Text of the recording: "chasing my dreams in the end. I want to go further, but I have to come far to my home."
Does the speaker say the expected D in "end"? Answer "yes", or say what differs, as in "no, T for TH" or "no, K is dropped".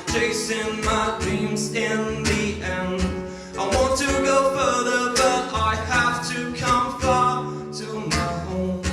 no, D is dropped